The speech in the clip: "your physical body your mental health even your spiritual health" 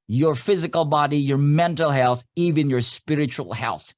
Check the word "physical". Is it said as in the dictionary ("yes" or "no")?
yes